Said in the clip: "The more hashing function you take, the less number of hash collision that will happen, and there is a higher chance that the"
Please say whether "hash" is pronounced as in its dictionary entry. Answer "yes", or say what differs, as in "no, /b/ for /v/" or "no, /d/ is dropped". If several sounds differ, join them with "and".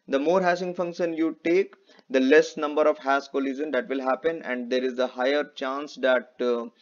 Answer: no, /s/ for /ʃ/